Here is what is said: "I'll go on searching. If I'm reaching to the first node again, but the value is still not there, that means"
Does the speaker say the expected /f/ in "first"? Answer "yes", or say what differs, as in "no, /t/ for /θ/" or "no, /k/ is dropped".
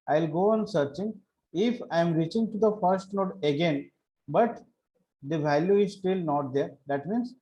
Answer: yes